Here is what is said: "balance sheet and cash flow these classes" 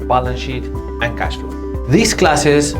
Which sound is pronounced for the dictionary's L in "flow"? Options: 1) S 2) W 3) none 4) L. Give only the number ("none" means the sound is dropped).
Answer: 3